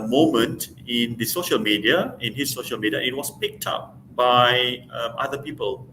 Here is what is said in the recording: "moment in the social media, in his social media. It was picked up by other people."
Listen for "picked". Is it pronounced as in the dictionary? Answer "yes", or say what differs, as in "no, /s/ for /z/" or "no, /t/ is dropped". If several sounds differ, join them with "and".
yes